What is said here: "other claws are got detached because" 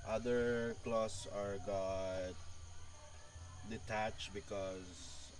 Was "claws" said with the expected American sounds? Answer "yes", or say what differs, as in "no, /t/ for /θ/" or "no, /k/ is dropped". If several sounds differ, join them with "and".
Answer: no, /s/ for /z/